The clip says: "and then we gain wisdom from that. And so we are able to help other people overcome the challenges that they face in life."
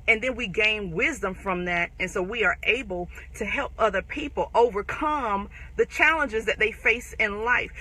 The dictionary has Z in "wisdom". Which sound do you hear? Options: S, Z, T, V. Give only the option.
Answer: Z